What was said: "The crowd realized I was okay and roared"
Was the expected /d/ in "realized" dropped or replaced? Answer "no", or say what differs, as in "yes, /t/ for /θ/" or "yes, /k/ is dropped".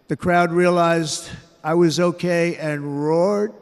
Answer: no